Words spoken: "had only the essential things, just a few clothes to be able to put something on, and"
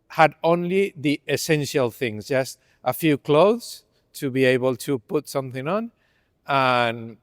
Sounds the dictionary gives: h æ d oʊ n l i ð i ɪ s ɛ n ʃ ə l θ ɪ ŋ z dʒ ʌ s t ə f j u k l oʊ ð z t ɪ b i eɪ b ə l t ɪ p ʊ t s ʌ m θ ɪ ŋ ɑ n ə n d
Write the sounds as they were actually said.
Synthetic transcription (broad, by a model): h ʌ d oʊ n l i ð i ɪ s ɛ n ʃ ə l θ ɪ ŋ z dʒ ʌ s t ə f j u k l oʊ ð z t ɪ b i eɪ b ə l t ɪ p ʊ t s ʌ m θ ɪ ŋ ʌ n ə n